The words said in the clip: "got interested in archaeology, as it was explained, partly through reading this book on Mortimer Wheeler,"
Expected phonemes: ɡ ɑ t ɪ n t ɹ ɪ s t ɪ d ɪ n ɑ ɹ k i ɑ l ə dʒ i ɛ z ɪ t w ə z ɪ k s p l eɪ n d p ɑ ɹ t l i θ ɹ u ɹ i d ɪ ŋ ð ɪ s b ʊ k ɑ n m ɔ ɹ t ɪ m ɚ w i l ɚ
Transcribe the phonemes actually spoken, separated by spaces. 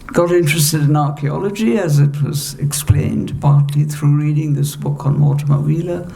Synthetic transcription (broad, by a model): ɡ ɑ t ɪ n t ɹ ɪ s t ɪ d ɪ n ɑ ɹ k i ɑ l ə dʒ i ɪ z ɪ t w ə z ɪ k s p l eɪ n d p ɑ ɹ t l i θ ɹ u ɹ i d ɪ ŋ ð ɪ s b ʊ k n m ɔ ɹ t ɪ m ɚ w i l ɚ